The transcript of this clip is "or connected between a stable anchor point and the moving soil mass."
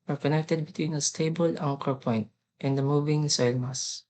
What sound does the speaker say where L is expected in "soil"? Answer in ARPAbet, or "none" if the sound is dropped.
L